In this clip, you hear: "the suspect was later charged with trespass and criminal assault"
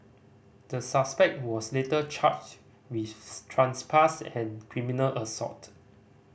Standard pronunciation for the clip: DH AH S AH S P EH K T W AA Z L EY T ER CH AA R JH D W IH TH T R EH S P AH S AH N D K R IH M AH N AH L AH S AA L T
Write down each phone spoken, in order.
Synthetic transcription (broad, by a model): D AH S AH S P EH K T W AA S L EY T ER CH AA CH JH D W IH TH T R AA S P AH S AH N K R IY M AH N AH L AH S AA T